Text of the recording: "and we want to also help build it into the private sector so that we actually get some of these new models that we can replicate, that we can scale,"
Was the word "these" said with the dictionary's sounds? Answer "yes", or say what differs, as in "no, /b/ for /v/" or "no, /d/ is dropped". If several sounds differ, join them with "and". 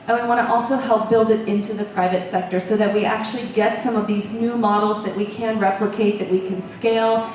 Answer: yes